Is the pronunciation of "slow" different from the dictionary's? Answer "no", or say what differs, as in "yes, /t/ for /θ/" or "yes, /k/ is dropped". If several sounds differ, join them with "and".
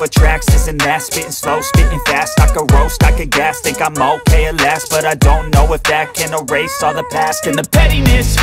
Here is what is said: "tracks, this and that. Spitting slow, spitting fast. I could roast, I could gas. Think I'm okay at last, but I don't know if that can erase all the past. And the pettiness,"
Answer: no